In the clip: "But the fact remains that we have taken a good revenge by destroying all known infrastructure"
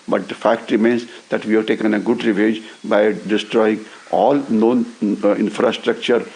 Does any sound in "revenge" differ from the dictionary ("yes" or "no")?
yes